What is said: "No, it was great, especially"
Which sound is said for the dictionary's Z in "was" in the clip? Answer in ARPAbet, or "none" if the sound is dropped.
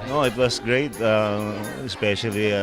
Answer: S